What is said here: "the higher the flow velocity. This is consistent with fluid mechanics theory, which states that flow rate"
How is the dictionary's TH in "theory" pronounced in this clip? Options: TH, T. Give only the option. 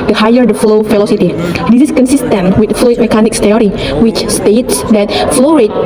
T